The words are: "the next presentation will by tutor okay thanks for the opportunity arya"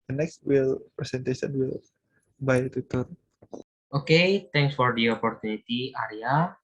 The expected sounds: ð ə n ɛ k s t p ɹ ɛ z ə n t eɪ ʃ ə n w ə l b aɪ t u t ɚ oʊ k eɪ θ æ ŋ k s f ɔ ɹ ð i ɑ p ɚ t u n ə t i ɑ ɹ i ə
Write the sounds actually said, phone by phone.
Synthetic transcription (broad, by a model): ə n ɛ k s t p ɹ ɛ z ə n t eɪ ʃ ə n w ə l b aɪ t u t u oʊ k eɪ t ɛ ŋ k s f ɔ ɹ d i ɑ p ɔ t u n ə t i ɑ ɹ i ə